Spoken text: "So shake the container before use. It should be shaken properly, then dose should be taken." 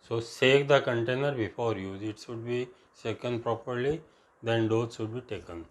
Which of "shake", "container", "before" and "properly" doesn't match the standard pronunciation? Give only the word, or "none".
shake